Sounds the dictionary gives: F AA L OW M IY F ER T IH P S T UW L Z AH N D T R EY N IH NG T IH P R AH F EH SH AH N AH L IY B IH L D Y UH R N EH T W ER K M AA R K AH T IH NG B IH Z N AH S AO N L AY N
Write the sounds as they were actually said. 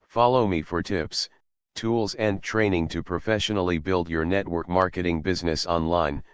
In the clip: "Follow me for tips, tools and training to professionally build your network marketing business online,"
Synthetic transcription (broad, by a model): F AA L OW M IY F ER T IH P S T UW L Z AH N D T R EY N IH NG T IH P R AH F EH SH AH N L IY B IH L D Y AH R N EH T W ER K M AA R K AH T IH NG B IH Z N AH S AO N L AY N